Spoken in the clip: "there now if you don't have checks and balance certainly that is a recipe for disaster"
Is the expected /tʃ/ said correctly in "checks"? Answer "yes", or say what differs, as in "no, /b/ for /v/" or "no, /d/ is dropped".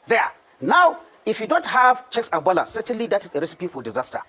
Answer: yes